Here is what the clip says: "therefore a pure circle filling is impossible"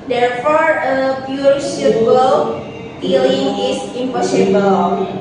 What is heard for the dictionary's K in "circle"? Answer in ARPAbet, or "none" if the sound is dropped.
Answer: none